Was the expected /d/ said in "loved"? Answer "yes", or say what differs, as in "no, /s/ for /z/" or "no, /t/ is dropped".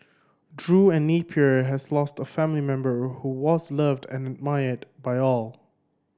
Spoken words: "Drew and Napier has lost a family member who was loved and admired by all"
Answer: yes